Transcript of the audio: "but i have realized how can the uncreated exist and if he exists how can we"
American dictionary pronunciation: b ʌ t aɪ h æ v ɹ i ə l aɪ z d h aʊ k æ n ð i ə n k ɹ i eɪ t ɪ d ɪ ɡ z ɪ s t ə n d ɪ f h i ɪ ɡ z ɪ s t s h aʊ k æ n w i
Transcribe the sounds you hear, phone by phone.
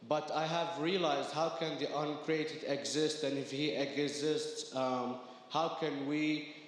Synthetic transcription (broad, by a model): b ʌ t aɪ h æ v ɹ i ə l aɪ z d h aʊ k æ n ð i ə n k ɹ i eɪ t ɪ d ɪ ɡ z ɪ s t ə n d ɪ f h i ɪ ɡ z ɪ s t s h aʊ k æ n w i